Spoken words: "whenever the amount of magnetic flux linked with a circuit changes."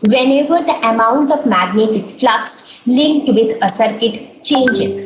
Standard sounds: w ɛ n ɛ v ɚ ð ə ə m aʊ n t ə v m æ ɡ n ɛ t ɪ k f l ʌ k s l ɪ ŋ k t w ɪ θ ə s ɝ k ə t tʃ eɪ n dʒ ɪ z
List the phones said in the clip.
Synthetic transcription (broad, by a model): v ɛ n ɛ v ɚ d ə ə m aʊ n t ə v m æ ɡ n ɛ t ɪ k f l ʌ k s l ɪ ŋ k t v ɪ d ə s ɝ k ə t tʃ eɪ n dʒ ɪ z